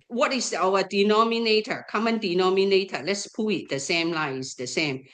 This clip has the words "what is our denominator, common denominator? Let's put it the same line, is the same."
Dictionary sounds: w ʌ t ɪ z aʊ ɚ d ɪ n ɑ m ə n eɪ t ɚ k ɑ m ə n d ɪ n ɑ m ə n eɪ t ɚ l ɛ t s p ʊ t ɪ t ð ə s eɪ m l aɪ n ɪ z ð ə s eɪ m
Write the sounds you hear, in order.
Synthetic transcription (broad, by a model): w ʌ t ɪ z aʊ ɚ d ɪ n ɑ m ə n eɪ t ɚ k ɑ m ə n d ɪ n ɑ m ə n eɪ t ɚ l ɛ t s p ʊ ɪ t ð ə s eɪ m l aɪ ɪ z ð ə s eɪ m